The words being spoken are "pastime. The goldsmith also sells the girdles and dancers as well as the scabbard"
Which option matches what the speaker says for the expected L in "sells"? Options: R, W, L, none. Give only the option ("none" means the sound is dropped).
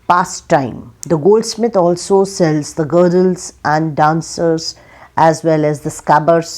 L